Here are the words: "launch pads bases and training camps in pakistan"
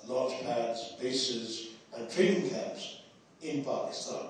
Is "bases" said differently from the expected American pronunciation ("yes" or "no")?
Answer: no